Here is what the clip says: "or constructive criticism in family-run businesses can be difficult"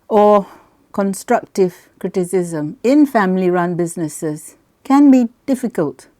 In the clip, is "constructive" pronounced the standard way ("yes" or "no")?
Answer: yes